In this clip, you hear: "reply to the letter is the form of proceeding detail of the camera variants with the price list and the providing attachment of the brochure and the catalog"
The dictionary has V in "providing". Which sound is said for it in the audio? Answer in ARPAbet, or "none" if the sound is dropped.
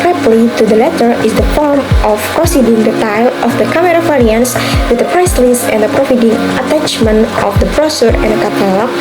F